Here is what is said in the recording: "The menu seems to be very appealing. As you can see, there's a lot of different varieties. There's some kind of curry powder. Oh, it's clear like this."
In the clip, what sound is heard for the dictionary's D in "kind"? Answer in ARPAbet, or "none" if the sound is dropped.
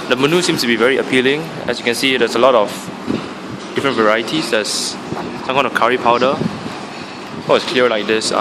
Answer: none